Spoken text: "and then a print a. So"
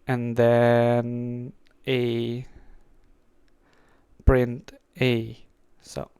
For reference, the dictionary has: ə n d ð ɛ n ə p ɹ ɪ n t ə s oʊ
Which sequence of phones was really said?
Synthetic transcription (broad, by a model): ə n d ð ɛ n ə p ɹ ɪ n t ə s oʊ